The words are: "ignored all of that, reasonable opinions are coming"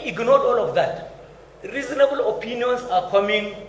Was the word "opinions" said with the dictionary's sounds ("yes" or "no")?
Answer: no